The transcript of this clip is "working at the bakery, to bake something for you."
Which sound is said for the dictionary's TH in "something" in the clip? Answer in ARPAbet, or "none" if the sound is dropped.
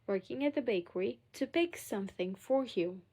TH